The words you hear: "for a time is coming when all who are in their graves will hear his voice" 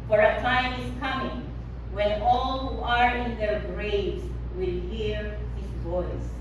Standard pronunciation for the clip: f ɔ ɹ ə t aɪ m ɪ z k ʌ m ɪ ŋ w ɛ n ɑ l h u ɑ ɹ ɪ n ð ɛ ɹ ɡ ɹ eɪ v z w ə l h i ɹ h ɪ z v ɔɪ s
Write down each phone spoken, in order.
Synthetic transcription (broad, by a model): f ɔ ɹ ə t aɪ m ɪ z k ʌ m ɪ ŋ w ɛ n ɑ l h u ɑ ɹ ɪ n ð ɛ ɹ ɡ ɹ eɪ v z w ə l h i ɹ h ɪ s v ɔɪ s